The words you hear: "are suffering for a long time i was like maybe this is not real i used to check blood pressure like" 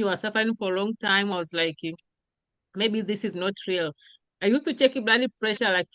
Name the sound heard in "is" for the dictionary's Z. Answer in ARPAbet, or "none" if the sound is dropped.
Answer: Z